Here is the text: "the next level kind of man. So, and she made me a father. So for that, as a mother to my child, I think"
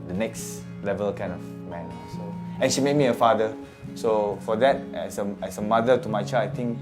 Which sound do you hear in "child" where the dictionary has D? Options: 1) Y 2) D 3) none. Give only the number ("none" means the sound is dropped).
3